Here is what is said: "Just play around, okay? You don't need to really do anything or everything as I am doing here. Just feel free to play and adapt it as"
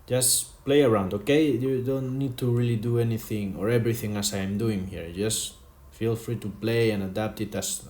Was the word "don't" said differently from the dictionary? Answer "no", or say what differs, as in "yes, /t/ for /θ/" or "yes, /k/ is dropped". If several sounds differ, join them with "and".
no